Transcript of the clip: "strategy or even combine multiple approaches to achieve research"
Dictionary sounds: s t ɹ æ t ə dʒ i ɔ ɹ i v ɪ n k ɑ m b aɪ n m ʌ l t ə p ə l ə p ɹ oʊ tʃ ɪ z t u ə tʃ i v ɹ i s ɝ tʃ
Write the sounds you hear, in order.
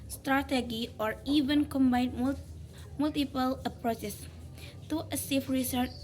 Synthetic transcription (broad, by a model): s t ɹ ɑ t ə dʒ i ɔ ɹ i v ɪ n k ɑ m b aɪ n m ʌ l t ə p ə l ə p ɹ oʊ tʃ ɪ s t u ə s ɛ f ɹ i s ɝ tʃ